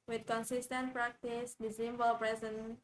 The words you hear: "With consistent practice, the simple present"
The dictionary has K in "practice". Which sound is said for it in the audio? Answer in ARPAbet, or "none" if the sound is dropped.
K